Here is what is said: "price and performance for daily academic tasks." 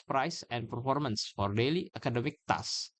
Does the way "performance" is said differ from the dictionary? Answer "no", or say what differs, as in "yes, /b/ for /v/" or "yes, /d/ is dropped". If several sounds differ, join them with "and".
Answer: no